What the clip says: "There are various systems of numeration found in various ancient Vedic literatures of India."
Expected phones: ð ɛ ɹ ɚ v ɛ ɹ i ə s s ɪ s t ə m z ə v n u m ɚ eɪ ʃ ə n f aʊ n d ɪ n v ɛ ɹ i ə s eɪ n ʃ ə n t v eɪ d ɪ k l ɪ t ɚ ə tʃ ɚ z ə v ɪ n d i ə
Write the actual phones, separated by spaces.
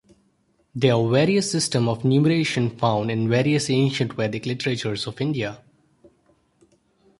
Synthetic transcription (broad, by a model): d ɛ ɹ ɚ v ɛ ɹ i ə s s ɪ s t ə m ə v n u m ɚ eɪ ʃ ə n f aʊ n d ɪ n v ɛ ɹ i ə s eɪ n ʃ ə n t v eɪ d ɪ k l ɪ t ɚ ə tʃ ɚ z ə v ɪ n d i ə